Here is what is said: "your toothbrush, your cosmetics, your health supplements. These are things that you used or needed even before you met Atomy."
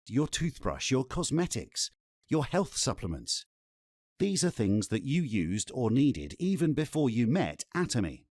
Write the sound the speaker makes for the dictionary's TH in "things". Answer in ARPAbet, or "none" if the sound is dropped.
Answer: TH